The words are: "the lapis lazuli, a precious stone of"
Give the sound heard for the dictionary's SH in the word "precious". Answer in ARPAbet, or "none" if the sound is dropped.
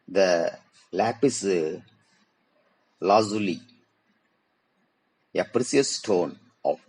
S